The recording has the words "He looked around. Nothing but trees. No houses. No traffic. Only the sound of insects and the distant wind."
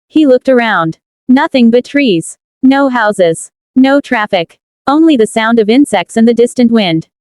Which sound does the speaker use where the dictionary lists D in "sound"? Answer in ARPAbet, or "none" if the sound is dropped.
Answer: D